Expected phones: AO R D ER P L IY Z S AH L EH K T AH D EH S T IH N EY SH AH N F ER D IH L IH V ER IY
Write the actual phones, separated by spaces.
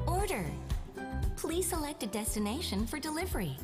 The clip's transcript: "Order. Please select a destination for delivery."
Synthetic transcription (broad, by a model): AO R D ER P L IY Z S AH L EH K T AH D EH S T IH N EY SH AH N F ER D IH L IH V ER IY